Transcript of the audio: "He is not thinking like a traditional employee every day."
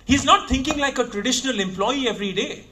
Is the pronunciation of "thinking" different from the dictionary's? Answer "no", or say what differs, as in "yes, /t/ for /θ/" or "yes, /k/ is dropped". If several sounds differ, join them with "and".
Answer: yes, /t/ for /θ/